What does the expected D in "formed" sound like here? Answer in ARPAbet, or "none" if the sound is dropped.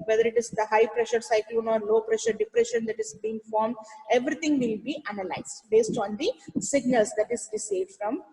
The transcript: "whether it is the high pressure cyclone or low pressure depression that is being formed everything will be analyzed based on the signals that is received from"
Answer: D